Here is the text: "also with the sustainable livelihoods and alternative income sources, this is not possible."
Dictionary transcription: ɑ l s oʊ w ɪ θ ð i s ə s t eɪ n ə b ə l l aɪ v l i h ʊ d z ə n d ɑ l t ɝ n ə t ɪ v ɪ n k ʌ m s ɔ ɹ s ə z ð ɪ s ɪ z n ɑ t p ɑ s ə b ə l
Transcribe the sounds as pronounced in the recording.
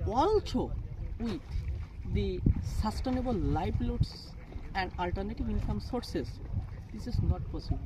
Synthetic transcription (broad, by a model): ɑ l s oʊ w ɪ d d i s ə s t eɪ n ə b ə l l aɪ p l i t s ə n d ɑ l t ɝ n ə t ɪ v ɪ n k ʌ m s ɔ ɹ s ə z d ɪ s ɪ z n ɑ t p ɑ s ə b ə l